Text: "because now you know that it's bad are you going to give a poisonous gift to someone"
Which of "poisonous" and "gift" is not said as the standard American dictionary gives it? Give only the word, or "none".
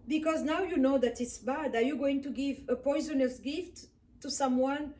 none